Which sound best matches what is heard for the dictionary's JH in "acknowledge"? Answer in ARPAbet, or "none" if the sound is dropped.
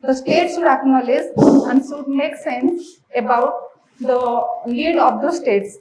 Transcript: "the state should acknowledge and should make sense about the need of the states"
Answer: Z